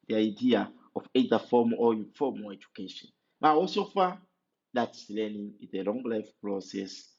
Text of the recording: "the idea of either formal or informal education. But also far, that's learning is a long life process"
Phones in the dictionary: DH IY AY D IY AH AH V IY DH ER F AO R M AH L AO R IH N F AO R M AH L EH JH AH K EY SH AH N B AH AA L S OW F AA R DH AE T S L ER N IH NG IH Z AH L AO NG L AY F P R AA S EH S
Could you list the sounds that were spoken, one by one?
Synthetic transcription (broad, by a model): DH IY AY D IY AH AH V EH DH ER F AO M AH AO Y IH F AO M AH EH JH AH K EY SH AH N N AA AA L S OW F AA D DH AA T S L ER N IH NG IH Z AH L AO NG L AY F P R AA S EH S